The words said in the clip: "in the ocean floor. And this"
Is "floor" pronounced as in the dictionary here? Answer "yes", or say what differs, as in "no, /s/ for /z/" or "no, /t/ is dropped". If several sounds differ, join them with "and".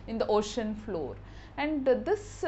yes